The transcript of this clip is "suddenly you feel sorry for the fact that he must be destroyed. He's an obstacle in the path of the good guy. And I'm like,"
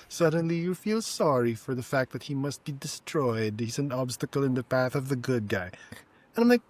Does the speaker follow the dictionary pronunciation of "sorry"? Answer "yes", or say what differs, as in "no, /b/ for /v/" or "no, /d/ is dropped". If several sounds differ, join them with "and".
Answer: yes